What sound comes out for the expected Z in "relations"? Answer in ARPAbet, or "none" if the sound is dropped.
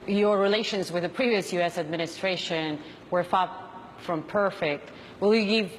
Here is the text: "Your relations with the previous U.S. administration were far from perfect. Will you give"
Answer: Z